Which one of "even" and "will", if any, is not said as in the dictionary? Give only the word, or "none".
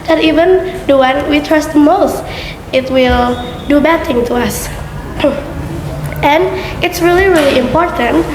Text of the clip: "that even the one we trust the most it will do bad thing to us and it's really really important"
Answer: none